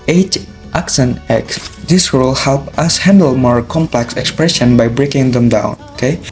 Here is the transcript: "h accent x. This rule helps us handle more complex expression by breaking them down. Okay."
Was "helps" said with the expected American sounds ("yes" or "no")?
no